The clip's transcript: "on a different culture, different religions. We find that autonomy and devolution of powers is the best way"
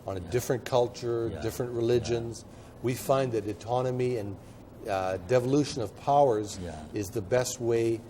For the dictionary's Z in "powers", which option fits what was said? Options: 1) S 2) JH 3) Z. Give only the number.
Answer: 3